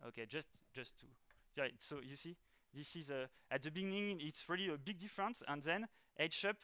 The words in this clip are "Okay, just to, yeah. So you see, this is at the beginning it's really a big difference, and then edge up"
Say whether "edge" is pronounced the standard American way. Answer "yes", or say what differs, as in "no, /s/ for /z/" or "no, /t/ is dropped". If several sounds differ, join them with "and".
no, /ʃ/ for /dʒ/